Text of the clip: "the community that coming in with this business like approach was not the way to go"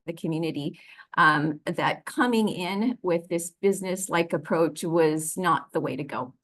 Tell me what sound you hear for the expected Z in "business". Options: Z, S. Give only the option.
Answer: Z